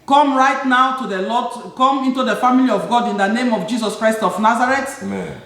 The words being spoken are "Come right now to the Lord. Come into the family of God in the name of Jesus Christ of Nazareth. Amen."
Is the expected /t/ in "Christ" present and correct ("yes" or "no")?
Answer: yes